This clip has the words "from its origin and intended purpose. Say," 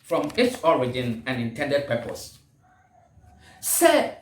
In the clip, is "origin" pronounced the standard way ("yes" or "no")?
yes